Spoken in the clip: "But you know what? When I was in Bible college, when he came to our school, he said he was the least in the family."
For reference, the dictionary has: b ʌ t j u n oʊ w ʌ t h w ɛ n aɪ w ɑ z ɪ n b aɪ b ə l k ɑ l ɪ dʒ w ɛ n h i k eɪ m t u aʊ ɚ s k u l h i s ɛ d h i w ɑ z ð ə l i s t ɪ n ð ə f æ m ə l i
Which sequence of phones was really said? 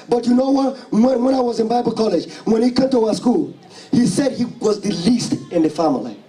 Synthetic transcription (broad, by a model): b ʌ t j u n oʊ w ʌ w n w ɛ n aɪ w ɑ z ɪ n b aɪ b ə l k ɑ l ɪ dʒ w ɛ n h i k eɪ m t u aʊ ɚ s k u l h i s ɛ d h i w ɑ z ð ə l i s t ɪ n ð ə f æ m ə l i